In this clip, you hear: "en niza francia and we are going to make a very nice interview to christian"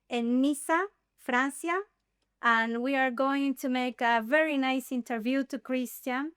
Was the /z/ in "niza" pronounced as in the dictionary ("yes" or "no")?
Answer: no